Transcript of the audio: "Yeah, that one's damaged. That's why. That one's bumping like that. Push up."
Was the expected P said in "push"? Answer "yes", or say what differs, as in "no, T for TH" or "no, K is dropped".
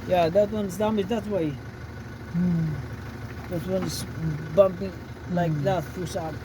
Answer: no, F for P